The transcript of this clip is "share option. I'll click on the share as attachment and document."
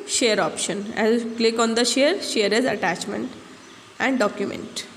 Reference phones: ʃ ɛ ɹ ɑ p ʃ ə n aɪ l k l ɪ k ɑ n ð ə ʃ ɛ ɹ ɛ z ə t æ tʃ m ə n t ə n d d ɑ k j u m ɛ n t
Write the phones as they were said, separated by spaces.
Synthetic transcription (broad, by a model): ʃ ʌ ɹ ɑ p ʃ ə n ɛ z k l ɪ k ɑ n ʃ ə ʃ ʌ ɹ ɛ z ə t æ tʃ m ə n t ə n d d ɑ k j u m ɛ n t